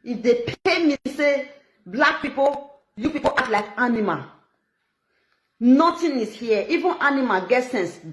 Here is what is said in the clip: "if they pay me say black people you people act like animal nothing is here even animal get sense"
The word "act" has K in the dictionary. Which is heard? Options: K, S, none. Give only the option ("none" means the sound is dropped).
none